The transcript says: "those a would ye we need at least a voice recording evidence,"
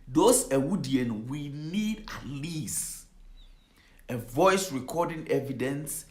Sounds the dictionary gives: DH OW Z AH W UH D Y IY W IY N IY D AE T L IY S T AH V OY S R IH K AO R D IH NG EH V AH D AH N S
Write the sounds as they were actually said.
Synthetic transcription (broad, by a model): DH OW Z AH W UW D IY W IY N IY D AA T L IY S AH V OY S R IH K AO D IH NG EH V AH D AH N S